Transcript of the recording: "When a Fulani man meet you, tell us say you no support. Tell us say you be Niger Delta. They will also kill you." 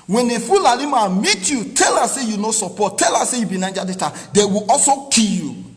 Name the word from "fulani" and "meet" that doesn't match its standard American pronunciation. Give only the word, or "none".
fulani